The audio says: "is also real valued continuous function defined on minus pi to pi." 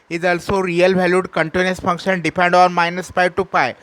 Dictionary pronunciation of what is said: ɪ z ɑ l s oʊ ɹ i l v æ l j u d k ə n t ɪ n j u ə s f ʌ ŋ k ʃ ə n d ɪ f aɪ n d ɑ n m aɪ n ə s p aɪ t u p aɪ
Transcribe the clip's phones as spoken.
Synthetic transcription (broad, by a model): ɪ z ɑ l s oʊ ɹ i l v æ l j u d k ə n t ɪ n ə s f ʌ ŋ k ʃ ə n d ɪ p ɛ n d ɑ n m aɪ n ə s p aɪ t u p aɪ